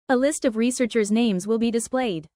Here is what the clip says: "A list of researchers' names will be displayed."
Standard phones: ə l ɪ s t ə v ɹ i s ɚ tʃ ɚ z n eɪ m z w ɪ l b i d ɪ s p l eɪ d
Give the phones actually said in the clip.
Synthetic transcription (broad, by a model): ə l ɪ s t ə v ɹ i s ɚ tʃ ɚ z n eɪ m z w ɪ l b i d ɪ s p l eɪ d